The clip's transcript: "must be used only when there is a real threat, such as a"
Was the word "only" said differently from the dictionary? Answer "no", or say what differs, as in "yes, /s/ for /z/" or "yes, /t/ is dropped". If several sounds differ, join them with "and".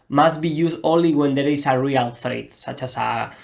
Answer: yes, /n/ is dropped